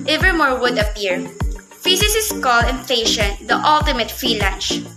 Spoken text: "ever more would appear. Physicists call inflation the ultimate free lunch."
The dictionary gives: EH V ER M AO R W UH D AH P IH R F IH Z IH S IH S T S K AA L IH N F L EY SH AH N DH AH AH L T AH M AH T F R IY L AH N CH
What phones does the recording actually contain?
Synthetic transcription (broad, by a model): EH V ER M AO R W UH D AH P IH R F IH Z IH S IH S S K AA L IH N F EY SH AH N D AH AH L T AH M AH T F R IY L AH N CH